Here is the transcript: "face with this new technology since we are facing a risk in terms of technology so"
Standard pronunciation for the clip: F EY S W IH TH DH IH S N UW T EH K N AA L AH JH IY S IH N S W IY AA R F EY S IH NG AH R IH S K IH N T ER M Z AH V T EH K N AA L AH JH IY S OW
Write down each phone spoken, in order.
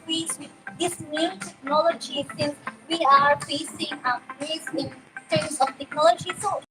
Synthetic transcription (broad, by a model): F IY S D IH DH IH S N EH T EH K N AA L AH JH IY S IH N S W IY AA R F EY S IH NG AH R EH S IH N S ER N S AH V T EH K N AA L AH JH IY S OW